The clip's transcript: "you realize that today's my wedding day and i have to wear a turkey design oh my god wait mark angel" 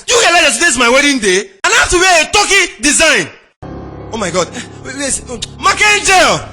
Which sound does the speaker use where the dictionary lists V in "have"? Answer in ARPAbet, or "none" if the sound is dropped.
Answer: F